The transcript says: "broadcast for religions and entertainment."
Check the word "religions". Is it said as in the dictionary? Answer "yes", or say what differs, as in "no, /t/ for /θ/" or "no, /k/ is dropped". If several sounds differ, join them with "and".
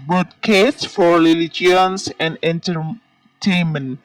no, /l/ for /ɹ/ and /s/ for /z/